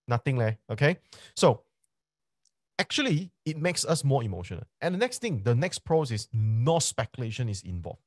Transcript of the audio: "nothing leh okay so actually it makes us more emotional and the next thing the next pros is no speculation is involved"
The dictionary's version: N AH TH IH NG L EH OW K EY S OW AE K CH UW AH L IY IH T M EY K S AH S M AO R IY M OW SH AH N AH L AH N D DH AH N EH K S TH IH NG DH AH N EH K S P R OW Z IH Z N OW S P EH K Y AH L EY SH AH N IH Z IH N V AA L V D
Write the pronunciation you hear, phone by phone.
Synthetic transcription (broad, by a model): N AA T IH NG L EH OW K EY S OW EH K CH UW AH L IY IH T M EY K S AH S M AO IY M OW SH AH N AH L AH N D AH N EH K S T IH NG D AH N EH K S P R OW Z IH S N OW S P EH K Y AH L EY SH AH N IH S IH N V AA L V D